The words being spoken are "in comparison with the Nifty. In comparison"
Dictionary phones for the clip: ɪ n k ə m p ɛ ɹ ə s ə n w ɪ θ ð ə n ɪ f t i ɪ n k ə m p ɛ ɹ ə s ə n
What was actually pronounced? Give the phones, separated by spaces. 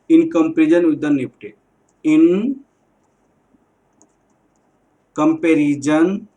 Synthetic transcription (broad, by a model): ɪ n k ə m p ɹ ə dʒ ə n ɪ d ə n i p t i ɪ n k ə m p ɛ ɹ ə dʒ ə n